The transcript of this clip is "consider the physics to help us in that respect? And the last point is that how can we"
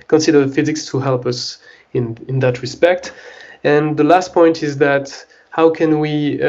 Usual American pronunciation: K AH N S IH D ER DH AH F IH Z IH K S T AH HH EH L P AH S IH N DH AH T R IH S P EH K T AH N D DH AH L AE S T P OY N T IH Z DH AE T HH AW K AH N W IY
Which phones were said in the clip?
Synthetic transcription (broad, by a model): K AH N S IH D ER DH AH F IH Z IH K S T AH HH EH L P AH S IH N DH AH T R IH S P EH K T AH N DH AH L AE S T P OY N T IH Z DH AE T HH AW K AH N W IY